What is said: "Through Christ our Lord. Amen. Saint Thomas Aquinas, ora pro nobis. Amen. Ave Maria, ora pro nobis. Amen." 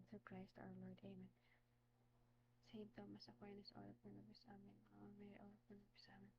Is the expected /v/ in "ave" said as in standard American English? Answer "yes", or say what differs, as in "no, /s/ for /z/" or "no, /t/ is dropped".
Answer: no, /v/ is dropped